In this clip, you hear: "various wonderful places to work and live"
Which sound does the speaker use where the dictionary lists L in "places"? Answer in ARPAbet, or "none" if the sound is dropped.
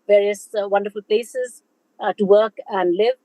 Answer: L